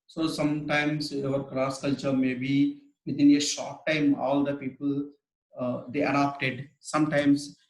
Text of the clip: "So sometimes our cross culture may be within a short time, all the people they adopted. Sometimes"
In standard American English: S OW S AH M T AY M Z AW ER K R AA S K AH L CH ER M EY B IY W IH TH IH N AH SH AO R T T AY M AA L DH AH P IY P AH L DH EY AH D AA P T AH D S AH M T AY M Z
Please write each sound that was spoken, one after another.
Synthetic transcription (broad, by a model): S OW S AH M T AY M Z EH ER K R AA S K AH L CH ER M EY B IY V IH T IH N AH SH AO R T T AY M AA L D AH P IY P AH L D EY AH D AA P T AH D S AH M T AY M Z